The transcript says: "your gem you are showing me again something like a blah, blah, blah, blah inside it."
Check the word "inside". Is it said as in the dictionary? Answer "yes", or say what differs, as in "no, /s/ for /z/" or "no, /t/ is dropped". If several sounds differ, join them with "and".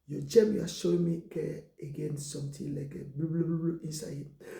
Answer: no, /d/ is dropped